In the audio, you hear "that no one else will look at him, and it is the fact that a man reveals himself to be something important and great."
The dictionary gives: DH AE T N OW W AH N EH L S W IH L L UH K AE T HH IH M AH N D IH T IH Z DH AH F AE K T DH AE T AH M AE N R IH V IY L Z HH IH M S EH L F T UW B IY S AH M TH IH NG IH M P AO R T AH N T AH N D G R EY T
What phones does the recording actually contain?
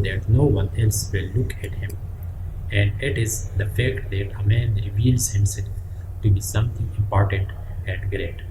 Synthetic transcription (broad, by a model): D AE T N OW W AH N EH L S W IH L L UH K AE T HH IH M AH N D IH T IH Z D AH F AE K T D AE T AH M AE N R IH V IY L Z HH IH M S EH L F T UW B IY S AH M T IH NG IH M P AO R T AH N T AH N D G R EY T